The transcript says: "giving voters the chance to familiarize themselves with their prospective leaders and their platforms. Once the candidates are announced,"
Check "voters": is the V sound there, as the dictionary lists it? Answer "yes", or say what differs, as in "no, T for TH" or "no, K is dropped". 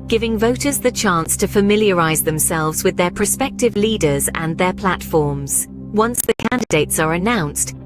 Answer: yes